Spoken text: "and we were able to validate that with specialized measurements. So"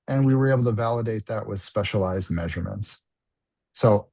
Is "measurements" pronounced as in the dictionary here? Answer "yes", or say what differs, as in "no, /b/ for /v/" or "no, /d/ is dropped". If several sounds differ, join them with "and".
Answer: yes